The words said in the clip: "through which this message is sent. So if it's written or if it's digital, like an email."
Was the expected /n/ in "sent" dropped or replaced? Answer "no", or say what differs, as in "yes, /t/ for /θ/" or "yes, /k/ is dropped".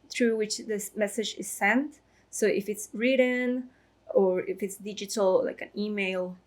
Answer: no